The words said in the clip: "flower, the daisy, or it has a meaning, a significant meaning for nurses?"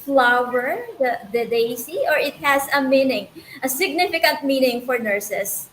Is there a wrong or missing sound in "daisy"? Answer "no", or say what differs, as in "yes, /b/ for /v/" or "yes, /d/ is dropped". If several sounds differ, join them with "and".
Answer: yes, /s/ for /z/